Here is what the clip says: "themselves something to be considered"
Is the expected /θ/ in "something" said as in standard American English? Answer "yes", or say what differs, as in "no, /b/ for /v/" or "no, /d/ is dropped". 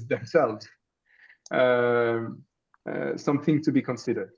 yes